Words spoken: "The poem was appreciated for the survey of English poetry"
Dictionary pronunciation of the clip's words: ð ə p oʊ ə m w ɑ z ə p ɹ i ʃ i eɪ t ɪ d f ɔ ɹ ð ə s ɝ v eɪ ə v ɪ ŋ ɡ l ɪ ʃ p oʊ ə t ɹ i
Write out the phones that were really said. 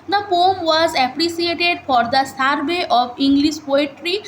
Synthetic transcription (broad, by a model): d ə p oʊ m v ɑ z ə p ɹ i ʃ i eɪ t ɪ d f ɔ ɹ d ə s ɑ b eɪ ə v ɪ ŋ ɡ l ɪ ʃ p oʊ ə t ɹ i